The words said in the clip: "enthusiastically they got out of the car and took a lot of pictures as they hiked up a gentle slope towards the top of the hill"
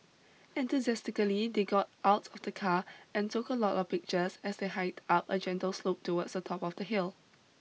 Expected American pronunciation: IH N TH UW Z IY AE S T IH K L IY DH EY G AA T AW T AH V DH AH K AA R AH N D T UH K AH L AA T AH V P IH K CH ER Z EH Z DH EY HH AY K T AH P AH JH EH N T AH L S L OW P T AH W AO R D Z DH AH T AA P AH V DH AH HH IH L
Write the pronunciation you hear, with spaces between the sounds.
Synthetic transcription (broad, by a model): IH N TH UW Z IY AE S T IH K L IY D EY G AA T AW T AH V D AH K AA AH N T UH K AH L AA T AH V P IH K CH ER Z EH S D EY HH AY T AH P AH JH EH N T AH L S L OW P T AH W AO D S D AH T AA P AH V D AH HH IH L